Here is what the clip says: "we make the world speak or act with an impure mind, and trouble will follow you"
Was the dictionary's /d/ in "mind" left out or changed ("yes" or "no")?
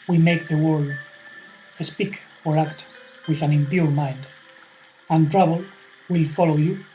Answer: no